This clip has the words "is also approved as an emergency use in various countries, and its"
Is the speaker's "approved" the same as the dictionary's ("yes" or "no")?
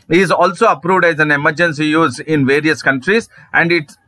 yes